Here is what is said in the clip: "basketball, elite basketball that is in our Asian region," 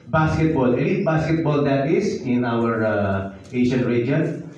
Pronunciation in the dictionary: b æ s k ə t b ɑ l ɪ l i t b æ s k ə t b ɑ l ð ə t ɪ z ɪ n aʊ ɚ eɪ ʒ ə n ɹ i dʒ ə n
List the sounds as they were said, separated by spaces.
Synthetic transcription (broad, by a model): b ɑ s k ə t b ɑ l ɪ n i b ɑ s k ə t b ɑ l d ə t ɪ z ɪ n aʊ ɚ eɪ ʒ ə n ɹ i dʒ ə n